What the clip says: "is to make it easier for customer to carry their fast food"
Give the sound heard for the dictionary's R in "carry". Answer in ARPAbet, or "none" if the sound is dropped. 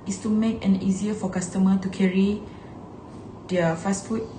R